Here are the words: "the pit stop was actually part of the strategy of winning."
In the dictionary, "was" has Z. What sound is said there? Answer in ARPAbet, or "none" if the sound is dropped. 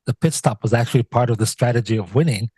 Z